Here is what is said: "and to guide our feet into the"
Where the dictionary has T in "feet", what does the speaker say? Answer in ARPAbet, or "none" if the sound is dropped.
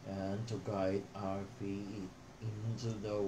none